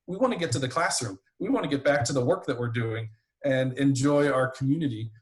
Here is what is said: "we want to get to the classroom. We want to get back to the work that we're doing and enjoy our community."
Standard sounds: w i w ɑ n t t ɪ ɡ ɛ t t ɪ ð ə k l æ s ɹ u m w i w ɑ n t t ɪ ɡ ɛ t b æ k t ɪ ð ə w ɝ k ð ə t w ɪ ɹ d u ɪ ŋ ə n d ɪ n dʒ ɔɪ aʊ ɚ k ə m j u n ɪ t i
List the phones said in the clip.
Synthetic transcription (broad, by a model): w i w ɑ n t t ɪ ɡ ɛ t t ɪ ð ə k l æ s ɹ u m w i w ɑ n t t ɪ ɡ ɛ t b æ k t ɪ ð ə w ɝ k ð ə t w ɪ ɹ d u ɪ ŋ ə n ɪ n dʒ ɔɪ aʊ ɚ k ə m j u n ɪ t i